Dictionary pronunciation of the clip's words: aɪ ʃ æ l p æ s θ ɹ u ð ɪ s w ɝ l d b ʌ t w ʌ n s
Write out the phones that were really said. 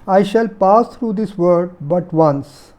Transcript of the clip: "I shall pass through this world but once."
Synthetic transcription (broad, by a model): aɪ ʃ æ l p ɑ s t ɹ u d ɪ s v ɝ d b ʌ t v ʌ n s